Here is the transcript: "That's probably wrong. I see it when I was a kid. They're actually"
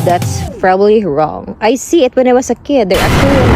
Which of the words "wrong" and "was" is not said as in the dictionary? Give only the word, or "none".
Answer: was